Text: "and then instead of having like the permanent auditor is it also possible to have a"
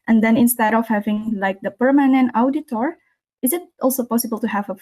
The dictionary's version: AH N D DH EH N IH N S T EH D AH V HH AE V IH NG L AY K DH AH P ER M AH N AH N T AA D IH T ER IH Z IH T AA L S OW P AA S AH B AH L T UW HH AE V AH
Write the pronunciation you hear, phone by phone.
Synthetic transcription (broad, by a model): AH N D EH N IH N S T EH D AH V HH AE V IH NG L AY K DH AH P ER M AH N AH N T AA D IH T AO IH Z IH T AA L S OW P AA S AH B AH L T UW HH AE V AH